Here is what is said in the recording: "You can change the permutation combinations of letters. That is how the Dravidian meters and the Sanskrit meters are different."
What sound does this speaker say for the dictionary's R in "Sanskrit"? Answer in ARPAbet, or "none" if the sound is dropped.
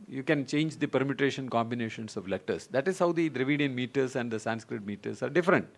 R